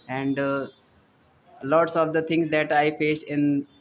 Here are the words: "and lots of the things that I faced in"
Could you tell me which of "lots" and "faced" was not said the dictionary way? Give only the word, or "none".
faced